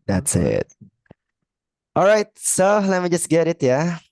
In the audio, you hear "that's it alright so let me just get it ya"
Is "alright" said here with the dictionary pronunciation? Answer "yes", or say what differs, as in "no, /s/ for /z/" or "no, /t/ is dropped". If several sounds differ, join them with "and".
yes